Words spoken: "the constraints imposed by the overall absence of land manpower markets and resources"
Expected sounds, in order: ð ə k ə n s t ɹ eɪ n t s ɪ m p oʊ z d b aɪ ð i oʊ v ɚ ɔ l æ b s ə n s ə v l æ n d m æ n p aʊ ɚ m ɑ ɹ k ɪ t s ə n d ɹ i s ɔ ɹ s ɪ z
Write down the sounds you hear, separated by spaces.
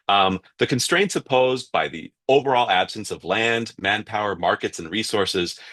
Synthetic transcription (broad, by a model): ð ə k ə n s t ɹ eɪ n t s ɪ p oʊ z b aɪ ð i oʊ v ɚ ɔ l æ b s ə n s ə v l æ n d m æ n p aʊ ɚ m ɑ ɹ k ɪ t s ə n ɹ i s ɔ ɹ s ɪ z